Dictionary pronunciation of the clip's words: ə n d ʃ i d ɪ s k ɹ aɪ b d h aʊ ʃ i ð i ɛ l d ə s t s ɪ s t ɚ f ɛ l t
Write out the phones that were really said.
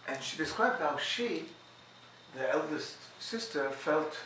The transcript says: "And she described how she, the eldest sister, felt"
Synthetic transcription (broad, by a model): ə n ʃ i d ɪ s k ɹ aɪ d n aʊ ʃ i ð i ɛ l d ə s t s ɪ s t ɚ f ɛ l t